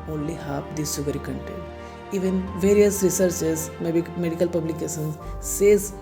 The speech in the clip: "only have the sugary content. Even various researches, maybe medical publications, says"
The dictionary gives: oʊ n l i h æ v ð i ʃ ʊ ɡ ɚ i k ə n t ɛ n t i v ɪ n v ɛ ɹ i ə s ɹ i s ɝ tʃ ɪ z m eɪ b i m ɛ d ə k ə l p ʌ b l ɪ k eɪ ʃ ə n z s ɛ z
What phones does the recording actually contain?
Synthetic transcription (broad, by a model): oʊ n l i h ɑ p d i s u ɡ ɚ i k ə n t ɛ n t i v ɪ n v ɛ ɹ i ə s ɹ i s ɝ s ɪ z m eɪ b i m ɛ d ə k ə l p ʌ b l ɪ k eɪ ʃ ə n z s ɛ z